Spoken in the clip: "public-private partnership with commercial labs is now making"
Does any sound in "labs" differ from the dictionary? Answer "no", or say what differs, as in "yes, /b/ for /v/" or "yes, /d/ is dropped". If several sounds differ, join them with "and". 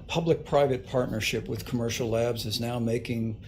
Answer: no